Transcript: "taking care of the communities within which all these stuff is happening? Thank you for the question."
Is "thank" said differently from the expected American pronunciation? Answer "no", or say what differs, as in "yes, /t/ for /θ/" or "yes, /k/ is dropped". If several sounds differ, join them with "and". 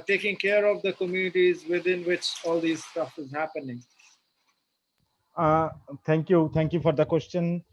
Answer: yes, /t/ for /θ/